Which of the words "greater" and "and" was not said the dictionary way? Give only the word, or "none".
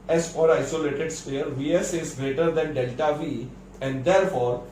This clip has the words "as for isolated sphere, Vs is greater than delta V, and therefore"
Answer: none